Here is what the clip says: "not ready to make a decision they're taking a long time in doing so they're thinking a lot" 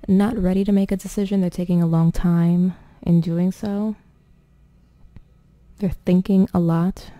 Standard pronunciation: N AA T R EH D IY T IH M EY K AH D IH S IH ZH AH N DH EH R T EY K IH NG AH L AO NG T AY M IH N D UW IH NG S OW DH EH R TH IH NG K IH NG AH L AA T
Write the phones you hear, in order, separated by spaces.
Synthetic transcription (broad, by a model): N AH T R EH D IY T IH M EY K AH D IH S IH ZH AH N DH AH R T EY K IH NG AH L AO NG T AY M IH N D UW IH NG S OW DH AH R TH IH NG K IH NG AH L AA T